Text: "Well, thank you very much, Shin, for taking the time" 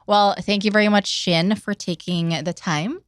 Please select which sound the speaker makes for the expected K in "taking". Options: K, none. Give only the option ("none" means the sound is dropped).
K